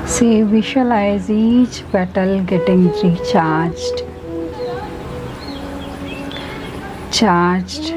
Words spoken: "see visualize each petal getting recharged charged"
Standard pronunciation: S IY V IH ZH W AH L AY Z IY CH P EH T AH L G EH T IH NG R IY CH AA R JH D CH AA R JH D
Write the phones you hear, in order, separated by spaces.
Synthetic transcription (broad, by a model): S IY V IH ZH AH L AY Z IY CH B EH T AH L G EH T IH NG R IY CH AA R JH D CH AA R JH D